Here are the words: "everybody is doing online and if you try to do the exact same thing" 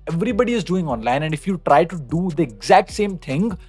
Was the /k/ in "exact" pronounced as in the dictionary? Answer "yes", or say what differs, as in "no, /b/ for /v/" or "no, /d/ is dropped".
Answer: yes